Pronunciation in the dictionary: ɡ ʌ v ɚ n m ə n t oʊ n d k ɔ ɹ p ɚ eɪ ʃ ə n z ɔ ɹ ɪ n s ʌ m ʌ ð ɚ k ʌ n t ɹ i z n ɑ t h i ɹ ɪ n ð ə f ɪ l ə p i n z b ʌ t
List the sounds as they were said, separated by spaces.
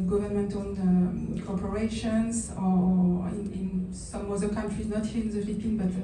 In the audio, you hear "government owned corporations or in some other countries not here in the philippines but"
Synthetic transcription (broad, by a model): ɡ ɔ v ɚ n m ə n t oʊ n k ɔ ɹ p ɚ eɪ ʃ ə n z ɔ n ɪ n s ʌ m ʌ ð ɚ k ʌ n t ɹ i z n ɑ t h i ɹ ɪ n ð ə f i l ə p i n b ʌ t